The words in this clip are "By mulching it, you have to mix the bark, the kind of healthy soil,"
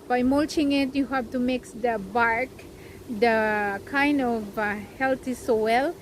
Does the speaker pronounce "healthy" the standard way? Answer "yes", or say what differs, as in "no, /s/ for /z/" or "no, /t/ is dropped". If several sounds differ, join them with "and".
no, /t/ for /θ/